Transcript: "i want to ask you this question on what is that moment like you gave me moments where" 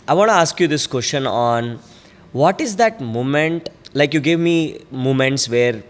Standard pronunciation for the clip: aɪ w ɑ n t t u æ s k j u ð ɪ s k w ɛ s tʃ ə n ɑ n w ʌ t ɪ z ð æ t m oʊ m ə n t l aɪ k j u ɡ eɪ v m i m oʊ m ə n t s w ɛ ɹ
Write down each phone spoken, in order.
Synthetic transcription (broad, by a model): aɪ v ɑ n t t u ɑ s k j u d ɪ s k w ɛ s tʃ ə n ɑ n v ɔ t ɪ z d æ t m oʊ m ə n t l aɪ k j u ɡ eɪ v m i m oʊ m ə n t s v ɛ ɹ